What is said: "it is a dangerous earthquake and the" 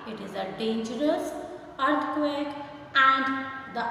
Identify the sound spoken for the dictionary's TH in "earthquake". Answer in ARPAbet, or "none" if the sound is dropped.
T